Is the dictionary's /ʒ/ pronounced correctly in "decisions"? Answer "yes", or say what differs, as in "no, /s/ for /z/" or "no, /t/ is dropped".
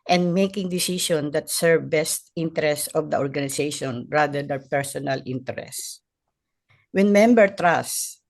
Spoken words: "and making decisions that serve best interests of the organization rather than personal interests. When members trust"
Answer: no, /ʃ/ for /ʒ/